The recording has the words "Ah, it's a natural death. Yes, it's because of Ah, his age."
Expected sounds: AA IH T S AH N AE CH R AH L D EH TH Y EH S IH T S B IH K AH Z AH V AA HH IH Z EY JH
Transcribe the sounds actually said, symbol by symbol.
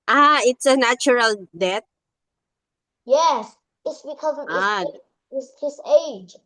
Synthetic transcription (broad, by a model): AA IH T S AH N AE CH R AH L D EH T Y EH S IH T S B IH K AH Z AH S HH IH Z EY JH